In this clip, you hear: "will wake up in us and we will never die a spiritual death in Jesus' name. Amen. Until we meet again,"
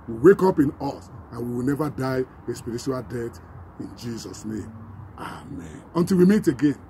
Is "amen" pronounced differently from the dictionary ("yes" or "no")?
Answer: no